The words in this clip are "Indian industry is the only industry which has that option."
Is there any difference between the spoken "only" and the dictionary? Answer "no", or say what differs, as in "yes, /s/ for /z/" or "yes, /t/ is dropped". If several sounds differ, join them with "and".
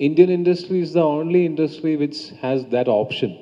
no